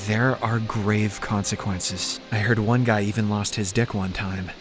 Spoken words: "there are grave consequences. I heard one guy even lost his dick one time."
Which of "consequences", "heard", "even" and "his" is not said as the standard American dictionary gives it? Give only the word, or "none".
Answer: none